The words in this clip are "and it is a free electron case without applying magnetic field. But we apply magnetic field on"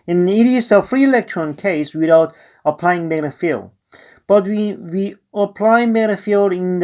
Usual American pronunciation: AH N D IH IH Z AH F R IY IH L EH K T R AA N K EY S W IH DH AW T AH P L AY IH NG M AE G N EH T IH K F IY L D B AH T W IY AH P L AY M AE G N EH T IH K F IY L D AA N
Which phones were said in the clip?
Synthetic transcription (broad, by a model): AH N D IH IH S AH F R IY IH L EH K T R AA N K EY S W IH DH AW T AH P L AY IH NG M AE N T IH F IY L D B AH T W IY AH P L AY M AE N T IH F IY L D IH N